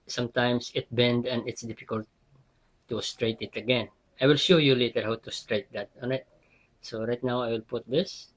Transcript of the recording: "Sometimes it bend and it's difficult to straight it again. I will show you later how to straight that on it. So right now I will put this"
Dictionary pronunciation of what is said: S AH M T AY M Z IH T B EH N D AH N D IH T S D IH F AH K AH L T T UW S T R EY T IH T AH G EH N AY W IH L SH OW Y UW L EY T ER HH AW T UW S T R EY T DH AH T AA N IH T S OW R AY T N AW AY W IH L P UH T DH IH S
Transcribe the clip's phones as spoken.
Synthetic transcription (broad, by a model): S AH M T AY M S IH T B EH N D AH N D IH T S D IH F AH K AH L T T UW S T R EY T IH T AH G EH N AY W IH L SH OW Y UW L EY T ER HH AW T UW S T R EY T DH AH T AA N IH T S OW R AY T N AW AY W IH L P UH T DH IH S